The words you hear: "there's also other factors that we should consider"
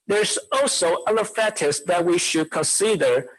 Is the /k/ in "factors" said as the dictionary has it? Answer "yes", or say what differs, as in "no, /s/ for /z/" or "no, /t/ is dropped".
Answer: no, /k/ is dropped